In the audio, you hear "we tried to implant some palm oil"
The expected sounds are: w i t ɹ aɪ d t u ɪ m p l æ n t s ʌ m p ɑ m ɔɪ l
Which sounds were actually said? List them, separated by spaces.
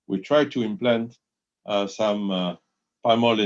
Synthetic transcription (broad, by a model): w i t ɹ aɪ d t u ɪ m p l æ n t s ʌ m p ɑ m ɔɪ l